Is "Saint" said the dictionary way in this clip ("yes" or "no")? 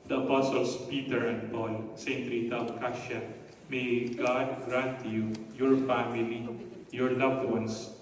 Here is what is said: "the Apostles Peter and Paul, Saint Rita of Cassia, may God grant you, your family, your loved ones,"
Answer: yes